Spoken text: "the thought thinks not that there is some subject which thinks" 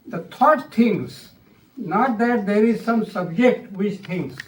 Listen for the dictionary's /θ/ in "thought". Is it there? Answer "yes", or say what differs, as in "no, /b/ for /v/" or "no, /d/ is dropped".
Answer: no, /t/ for /θ/